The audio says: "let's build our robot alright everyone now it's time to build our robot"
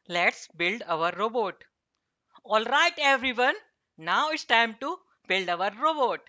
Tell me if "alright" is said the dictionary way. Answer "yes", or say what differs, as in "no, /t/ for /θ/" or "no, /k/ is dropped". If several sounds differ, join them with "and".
yes